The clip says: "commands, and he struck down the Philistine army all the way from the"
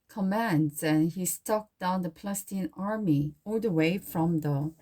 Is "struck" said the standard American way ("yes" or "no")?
no